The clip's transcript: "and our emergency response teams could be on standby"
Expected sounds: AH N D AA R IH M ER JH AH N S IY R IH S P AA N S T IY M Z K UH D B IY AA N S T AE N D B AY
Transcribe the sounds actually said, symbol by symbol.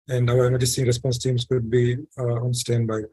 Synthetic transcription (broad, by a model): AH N D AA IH ER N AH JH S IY R IH S P AA N S T IY M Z K UH D B IY AA N S T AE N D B AY